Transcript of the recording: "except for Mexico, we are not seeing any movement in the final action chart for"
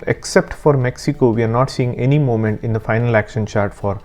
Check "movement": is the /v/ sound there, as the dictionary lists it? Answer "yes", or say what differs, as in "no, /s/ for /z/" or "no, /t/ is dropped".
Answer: no, /v/ is dropped